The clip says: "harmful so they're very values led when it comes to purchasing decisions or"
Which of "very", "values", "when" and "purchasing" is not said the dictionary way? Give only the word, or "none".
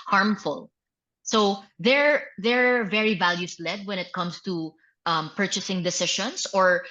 values